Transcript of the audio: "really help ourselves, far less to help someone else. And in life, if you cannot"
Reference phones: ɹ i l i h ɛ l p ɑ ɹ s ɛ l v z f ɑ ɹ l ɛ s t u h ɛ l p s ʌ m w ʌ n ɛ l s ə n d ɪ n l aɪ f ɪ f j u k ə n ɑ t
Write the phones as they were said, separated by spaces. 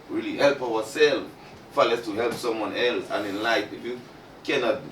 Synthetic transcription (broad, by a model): ɹ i l i h ɛ l p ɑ w s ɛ l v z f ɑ l ɛ s t u h ɛ l p s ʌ m w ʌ n ɛ l s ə n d ɪ n l aɪ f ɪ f j u k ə n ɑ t